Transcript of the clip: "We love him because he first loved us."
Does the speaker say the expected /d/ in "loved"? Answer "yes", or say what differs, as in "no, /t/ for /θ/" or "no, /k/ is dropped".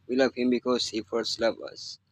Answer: no, /d/ is dropped